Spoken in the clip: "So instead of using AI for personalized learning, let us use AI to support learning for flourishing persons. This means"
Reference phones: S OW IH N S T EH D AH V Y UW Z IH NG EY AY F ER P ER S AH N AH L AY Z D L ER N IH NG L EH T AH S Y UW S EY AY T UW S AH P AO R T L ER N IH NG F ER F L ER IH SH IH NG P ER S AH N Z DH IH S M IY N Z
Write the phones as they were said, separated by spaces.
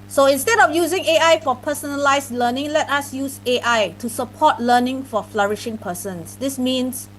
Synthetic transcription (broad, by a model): S OW IH N S T EH D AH F Y UW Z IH NG EY AY F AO P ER S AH N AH L AY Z L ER N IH NG L EH T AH S Y UW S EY AY T UW S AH P AO T L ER N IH NG F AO F L ER IH SH IH NG P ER S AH N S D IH S M IY N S